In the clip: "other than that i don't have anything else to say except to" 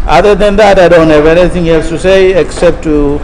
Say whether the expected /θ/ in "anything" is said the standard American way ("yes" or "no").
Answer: no